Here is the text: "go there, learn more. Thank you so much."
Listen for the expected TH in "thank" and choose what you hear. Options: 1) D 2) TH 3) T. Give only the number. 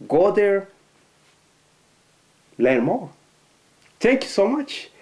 3